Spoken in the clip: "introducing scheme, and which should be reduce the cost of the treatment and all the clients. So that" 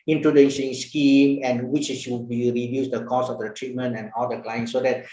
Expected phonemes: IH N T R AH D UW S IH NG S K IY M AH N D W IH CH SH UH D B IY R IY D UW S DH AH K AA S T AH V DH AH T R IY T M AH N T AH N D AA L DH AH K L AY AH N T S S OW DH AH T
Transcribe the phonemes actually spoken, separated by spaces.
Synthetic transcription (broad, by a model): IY N T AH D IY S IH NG S K IY M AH N W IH CH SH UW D B IY R IY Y UW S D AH K AA S AH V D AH T R IY T M AH N T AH N AA L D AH K L AY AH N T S S OW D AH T